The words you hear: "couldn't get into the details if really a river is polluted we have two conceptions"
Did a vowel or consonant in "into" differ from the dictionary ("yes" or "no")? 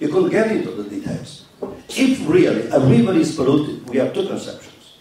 yes